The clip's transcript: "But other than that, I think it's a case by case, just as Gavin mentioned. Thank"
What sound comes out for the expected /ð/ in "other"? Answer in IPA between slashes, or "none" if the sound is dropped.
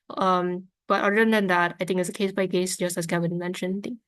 none